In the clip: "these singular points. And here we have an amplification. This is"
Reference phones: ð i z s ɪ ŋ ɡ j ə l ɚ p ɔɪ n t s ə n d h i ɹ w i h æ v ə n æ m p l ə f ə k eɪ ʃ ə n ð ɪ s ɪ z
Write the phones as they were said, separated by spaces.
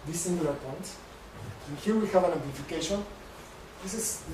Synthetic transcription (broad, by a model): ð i s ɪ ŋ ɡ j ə l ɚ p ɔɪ n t ə n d h i ɹ w i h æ v ə n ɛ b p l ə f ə k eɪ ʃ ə n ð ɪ s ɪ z